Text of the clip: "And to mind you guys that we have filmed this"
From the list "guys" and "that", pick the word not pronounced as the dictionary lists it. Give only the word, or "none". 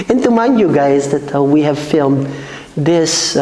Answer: none